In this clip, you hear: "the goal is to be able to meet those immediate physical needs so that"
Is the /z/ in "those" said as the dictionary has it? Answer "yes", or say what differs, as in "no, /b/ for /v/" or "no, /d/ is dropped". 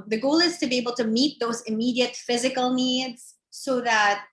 yes